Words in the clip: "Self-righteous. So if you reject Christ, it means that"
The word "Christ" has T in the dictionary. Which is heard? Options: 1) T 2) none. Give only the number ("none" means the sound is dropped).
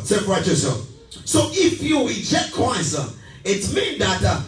2